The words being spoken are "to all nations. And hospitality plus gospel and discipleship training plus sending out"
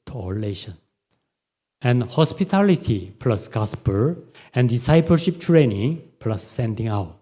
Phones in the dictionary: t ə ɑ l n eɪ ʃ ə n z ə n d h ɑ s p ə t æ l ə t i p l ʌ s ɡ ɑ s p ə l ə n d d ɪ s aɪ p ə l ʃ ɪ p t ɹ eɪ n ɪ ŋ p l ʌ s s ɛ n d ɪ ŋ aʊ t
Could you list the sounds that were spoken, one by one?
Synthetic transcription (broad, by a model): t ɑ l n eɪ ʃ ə n s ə n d h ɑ s p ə t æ l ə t i p l ʌ s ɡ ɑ s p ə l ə n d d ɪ s aɪ p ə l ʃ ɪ p t ɹ eɪ n ɪ ŋ p l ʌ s s ɛ n d ɪ ŋ aʊ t